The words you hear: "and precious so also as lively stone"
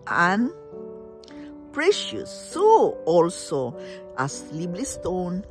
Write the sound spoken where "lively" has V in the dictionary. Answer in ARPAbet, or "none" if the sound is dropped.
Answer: B